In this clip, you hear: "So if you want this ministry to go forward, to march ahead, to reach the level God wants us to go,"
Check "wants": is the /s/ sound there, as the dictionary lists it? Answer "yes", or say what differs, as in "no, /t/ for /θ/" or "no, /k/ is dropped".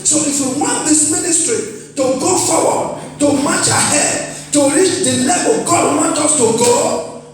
no, /s/ is dropped